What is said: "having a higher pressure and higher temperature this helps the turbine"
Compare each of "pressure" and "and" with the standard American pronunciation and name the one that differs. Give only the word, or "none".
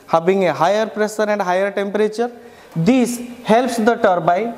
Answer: pressure